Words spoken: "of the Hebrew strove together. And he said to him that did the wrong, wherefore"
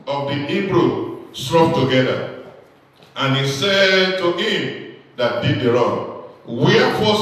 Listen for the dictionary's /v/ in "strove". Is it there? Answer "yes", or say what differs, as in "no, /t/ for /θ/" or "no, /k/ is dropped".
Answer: no, /p/ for /v/